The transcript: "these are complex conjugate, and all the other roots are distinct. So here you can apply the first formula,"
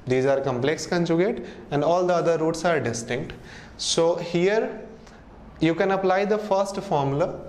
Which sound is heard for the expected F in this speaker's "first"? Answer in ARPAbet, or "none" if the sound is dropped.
F